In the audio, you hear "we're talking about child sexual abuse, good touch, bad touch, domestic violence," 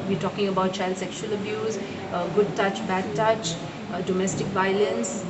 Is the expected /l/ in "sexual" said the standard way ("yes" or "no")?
yes